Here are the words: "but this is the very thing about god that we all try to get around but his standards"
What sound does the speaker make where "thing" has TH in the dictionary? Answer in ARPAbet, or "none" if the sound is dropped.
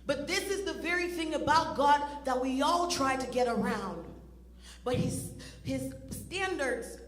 TH